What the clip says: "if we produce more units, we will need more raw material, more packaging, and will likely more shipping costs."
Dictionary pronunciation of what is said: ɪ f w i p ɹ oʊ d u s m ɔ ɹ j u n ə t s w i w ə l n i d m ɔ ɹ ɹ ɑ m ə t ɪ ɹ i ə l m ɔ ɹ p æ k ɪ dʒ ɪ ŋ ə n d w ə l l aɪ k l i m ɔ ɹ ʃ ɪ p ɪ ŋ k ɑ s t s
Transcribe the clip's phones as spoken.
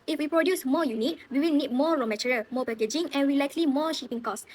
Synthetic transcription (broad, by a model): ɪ f w i p ɹ oʊ d u s m ɔ j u n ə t w i w ə l n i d m ɔ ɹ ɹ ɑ m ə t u ɹ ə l m ɔ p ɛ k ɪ dʒ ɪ ŋ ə n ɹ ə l l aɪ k l i m ɔ ʃ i p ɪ ŋ k ɑ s s